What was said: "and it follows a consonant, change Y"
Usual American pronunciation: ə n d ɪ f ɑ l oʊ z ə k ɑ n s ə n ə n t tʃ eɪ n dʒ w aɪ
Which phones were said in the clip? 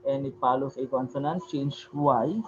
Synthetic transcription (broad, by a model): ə n ɪ p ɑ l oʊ s ə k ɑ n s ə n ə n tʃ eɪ n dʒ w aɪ